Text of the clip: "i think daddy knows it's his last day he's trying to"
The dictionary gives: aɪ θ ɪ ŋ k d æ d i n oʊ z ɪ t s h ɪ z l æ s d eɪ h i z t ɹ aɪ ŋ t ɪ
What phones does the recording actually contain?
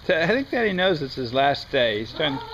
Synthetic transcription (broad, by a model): aɪ θ ɪ ŋ k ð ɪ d i n oʊ z ɪ t s h ɪ z l æ s d eɪ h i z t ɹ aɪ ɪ